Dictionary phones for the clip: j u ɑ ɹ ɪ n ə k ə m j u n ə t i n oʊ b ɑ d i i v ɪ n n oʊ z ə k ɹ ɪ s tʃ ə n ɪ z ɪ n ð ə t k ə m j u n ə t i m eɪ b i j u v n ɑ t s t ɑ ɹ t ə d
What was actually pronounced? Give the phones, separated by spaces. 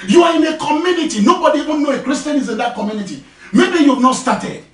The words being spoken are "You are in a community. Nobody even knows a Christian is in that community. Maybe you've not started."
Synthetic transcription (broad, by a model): j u ɑ ɹ ɪ n ə k ə m j u n ə t i n oʊ b ɑ d i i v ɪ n n oʊ ə k ɹ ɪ s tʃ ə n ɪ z ɪ n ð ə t k ə m j u n ə t i m eɪ b i j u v n ɑ t s t ɑ t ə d